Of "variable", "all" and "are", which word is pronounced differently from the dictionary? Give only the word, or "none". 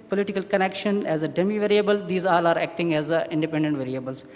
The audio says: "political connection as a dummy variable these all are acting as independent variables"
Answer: none